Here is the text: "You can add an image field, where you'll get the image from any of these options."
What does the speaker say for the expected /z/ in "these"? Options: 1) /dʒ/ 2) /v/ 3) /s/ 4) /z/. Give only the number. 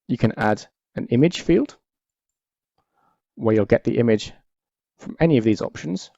4